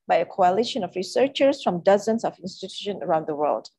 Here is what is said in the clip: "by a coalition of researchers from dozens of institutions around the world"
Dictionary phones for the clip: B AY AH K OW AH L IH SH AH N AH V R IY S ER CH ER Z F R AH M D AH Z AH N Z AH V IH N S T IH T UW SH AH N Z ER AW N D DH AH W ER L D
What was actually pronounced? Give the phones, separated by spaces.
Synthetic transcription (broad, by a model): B AY AH K OW AH L IH SH AH N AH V R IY S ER CH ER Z F R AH M D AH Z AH N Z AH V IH N S T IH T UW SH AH N ER AW N D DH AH W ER L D